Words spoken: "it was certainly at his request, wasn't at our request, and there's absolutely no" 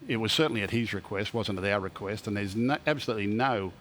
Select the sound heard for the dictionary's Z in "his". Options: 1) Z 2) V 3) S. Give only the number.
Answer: 1